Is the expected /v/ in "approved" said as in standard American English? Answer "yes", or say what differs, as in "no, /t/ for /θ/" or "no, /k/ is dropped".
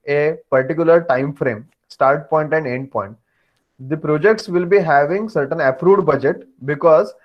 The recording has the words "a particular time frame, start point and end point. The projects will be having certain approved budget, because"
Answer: no, /v/ is dropped